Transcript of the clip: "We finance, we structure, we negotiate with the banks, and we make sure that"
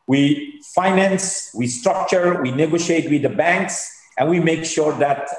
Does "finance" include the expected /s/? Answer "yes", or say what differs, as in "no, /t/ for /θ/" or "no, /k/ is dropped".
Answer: yes